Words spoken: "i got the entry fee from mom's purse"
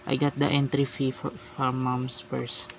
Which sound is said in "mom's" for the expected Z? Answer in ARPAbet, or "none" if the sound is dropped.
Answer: S